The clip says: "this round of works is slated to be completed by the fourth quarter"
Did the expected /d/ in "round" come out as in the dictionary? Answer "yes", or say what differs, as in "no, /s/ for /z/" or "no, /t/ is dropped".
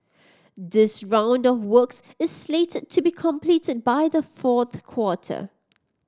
yes